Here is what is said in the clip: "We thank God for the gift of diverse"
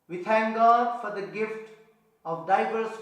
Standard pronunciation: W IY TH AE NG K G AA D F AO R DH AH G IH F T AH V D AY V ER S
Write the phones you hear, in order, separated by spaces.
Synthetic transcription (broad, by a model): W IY T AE NG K G AA D F AO R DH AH G IH F T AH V D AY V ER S